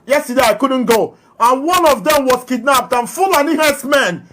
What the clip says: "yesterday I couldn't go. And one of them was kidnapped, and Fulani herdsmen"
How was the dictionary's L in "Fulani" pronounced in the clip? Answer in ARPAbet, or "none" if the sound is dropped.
L